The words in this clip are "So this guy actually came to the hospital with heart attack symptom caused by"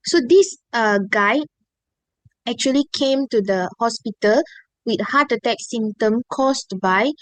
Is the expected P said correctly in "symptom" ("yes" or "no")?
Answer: no